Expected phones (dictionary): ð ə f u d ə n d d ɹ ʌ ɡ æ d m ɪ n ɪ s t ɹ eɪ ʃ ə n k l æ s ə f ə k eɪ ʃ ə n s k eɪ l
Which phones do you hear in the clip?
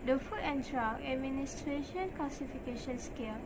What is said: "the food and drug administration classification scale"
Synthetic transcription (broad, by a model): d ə f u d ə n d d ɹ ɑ æ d m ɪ n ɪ s t ɹ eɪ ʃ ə n k l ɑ s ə f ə k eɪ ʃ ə n s k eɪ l